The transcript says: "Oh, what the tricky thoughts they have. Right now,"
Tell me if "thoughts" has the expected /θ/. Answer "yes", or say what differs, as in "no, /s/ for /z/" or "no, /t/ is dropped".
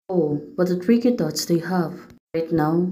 no, /t/ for /θ/